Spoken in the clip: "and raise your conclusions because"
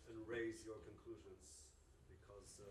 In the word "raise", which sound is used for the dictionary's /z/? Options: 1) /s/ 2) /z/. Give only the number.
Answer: 2